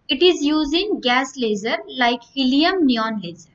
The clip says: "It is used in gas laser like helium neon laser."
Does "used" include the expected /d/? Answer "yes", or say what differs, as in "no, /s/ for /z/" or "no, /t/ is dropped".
no, /d/ is dropped